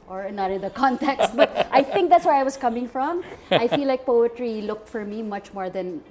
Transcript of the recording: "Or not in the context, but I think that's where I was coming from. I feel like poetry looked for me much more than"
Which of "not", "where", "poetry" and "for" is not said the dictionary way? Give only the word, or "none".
none